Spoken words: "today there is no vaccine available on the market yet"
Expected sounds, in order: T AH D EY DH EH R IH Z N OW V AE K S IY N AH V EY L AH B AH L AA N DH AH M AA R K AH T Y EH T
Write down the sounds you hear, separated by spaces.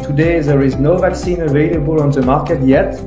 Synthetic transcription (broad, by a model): T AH D EY DH EH R IH Z N OW V AE K S IY N AH V EY L AH B AH L AA N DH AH M AA R K AH T Y EH T